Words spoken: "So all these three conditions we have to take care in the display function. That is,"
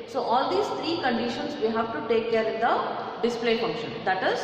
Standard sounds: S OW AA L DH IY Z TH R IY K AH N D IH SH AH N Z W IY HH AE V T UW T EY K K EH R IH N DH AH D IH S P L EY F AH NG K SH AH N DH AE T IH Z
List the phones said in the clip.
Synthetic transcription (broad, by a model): S OW AA L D IY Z T R IY K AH N D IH SH AH N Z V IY HH AE V T UW T EY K K EH R IH N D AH D IH S P L EY F AH NG K SH AH N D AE T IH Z